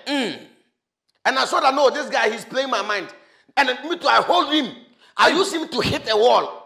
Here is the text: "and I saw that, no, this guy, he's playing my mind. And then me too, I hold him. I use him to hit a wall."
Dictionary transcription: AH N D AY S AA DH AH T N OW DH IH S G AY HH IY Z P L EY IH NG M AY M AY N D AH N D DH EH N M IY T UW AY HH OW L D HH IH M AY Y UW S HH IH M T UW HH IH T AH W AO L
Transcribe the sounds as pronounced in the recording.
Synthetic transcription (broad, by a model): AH N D AY S AA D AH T N OW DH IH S G AY HH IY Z P L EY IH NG M AY M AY AH N D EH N M IY T UW AY HH OW L D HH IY M AY Y UW S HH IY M T UW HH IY T AH W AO L